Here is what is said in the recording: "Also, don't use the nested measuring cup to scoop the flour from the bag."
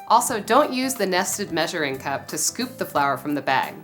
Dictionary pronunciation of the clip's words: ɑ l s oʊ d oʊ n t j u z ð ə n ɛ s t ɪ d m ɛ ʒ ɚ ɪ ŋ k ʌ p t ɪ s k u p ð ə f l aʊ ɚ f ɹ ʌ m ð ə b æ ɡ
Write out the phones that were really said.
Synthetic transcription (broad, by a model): ɑ l s oʊ d oʊ n t j u z ð ə n ɛ s t ɪ d m ɛ ʒ ɚ ɪ ŋ k ʌ p t ɪ s k u p ð ə f l aʊ ɚ f ɹ ʌ m ð ə b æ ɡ